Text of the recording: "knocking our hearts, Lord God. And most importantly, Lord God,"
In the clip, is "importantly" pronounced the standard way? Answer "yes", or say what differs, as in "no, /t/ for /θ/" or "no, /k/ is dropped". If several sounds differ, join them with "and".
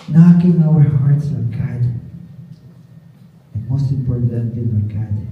no, /l/ is dropped